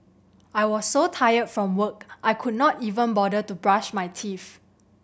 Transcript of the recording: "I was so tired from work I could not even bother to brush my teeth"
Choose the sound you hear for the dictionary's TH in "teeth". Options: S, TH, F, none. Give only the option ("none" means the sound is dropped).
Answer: F